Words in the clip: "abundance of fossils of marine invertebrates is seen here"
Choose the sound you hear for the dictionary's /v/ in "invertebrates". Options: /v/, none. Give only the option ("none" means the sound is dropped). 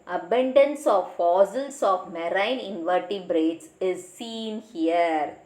/v/